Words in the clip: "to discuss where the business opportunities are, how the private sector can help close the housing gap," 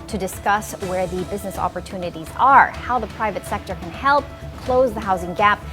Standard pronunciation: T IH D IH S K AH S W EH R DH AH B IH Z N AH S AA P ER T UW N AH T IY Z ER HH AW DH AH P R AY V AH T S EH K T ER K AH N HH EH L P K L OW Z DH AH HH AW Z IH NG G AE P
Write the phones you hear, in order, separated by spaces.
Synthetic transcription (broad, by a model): T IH D IH S K AH S W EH R DH AH B IH Z N AH S AA P ER T UW N AH T IY Z ER HH AW DH AH P R AY V AH T S EH K T ER K AH N HH EH L P K L OW Z DH AH HH AW Z IH NG G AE P